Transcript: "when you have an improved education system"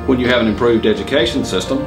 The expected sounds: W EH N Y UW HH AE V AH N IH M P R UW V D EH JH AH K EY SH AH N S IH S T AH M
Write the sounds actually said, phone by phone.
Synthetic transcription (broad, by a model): W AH N Y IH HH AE V AH N IH M P R UW V D EH JH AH K EY SH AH N S IH S T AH M